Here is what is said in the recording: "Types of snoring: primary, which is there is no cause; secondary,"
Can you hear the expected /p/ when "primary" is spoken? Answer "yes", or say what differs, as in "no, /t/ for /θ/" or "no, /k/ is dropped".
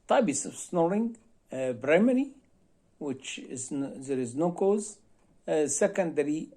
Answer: no, /b/ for /p/